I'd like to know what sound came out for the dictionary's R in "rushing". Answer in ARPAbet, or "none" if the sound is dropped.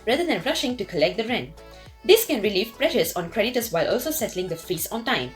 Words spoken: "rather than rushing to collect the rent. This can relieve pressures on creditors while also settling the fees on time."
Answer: R